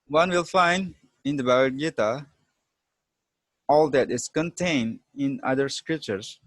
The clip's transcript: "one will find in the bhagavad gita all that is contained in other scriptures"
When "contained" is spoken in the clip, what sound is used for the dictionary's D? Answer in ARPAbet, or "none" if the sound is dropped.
D